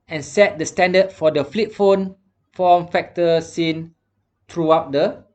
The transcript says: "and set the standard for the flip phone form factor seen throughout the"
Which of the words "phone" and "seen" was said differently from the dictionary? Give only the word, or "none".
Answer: none